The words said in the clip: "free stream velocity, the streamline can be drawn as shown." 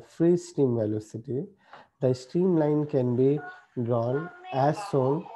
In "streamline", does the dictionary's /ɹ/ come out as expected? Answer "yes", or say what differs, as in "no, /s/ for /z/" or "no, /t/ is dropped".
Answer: yes